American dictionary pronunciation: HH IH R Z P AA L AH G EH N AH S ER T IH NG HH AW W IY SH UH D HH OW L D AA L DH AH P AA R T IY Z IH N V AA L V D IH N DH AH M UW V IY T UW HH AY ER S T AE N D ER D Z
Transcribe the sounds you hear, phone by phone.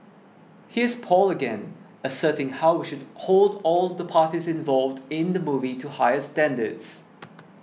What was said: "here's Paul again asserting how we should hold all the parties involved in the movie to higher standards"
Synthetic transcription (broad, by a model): HH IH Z P AA L AH G EH N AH S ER T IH NG HH AW W IY SH UH D HH OW L D AA L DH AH P AA T IY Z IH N V AA L V D IH N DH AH M UW V IY T UW HH AY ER S T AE N D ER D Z